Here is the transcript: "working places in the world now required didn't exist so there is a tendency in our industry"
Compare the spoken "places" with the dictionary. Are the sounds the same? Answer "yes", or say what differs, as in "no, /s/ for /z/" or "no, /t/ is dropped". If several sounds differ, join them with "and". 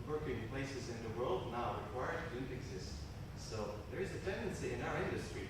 yes